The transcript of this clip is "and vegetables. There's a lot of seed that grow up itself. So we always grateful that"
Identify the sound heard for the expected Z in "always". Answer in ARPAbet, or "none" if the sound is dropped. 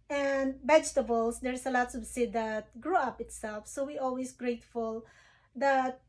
S